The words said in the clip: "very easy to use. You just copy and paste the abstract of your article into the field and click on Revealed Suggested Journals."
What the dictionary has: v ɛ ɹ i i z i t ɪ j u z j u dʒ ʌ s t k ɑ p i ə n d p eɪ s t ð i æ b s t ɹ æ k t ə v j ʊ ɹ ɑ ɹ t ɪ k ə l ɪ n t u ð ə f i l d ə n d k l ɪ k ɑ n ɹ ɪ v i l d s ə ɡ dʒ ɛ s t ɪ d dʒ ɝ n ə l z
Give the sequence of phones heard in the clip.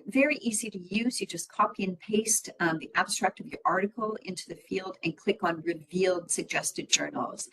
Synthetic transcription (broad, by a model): v ɛ ɹ i i z i t ɪ j u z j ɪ dʒ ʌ s k ɑ p i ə n p eɪ s t ð i æ b s t ɹ æ k t ə v j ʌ ɹ ɑ ɹ t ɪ k l ɪ n t u ð ə f i l d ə n k l ɪ k n ɹ ɪ v i l d s ə ɡ dʒ ɛ s t ɪ d dʒ ɝ n l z